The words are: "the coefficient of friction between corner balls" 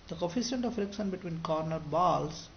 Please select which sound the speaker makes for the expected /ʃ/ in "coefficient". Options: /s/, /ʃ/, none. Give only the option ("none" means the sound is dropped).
/s/